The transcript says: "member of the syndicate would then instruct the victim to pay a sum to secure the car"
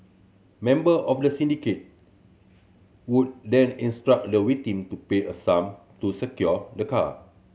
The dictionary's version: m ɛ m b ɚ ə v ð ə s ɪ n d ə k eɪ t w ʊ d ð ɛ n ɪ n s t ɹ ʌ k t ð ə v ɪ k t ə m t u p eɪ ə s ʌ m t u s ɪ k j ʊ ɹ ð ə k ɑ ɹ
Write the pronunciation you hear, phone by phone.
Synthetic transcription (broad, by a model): m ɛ m b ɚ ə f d ə s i n d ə k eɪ t w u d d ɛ n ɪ n s t ɹ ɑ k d ə w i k t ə m t u p eɪ ə s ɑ m t u s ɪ k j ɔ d ə k ɑ